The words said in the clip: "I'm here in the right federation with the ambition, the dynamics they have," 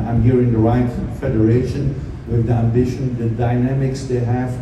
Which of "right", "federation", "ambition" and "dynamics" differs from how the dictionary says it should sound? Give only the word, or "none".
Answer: none